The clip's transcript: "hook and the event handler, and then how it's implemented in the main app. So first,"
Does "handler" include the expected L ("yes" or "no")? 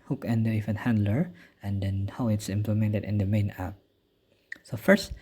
yes